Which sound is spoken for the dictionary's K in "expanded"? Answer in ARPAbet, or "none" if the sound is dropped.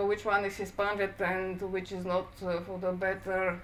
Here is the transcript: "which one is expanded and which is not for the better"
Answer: none